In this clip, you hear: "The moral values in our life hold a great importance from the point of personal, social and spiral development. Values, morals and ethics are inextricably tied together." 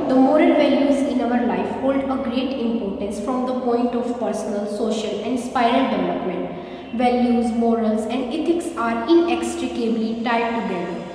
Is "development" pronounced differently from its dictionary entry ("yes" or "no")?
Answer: no